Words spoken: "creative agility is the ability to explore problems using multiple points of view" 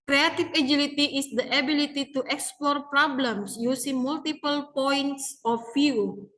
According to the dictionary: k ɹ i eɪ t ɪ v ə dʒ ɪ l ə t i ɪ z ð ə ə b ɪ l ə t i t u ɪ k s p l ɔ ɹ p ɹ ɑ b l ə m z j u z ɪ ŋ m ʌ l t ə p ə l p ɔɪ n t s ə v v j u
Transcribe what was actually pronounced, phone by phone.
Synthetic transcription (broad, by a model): k ɹ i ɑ t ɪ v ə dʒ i l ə t i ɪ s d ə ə b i l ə t i t u ɪ k s p l ɔ ɹ p ɹ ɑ b l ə m s j u s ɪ ŋ m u l t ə p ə l p ɔɪ n t s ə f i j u